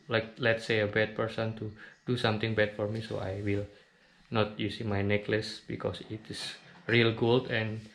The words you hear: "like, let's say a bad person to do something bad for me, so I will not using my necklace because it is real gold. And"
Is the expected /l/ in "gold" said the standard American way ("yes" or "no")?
yes